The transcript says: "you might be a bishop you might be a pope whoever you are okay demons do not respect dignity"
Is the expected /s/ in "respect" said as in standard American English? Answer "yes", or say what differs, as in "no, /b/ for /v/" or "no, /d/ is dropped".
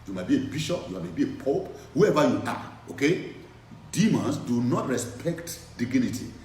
yes